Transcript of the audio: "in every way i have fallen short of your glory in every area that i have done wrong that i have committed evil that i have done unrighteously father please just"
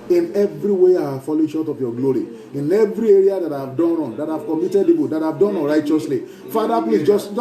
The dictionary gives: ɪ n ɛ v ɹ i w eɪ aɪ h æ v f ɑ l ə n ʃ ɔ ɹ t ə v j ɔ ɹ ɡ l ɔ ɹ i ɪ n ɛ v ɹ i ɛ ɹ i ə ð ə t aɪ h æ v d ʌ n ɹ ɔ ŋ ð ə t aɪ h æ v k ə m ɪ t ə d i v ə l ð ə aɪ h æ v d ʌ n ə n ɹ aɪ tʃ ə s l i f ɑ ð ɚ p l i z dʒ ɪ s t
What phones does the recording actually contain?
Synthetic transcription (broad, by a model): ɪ n ɛ v ɹ i w eɪ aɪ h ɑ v f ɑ l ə ʃ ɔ t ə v j ɔ ɡ l ɔ ɹ i ɪ n ɛ v ɹ i ɛ ɹ i ə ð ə t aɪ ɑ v d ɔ n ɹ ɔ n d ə t h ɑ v k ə m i t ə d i p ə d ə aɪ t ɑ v d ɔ n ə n ɹ aɪ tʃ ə s l i f ɑ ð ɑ p l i s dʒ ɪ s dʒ